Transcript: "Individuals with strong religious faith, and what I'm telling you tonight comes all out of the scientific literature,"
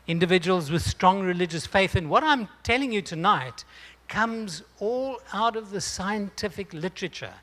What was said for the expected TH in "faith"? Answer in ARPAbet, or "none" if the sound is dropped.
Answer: TH